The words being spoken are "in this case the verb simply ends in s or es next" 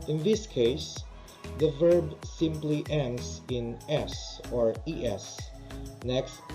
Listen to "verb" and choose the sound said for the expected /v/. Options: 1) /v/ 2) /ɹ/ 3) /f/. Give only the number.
1